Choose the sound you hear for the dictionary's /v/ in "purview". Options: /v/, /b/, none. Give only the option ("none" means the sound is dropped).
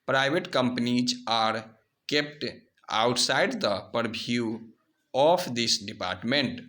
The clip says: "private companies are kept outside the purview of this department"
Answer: /b/